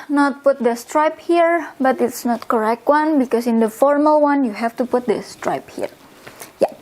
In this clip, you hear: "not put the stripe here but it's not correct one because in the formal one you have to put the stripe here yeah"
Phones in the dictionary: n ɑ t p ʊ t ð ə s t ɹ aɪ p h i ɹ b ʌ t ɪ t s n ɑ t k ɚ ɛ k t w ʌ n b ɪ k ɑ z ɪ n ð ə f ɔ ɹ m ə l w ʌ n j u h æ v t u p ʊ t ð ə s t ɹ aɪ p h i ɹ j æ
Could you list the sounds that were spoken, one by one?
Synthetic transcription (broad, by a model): n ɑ t p ʊ t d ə s t ɹ aɪ p h i ɹ b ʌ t ɪ t s n ɑ t k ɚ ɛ k t w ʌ n b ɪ k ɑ s ɪ n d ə f ɔ ɹ m ə l w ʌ n j u h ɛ f t u p ʊ t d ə s t ɹ aɪ p h i ɹ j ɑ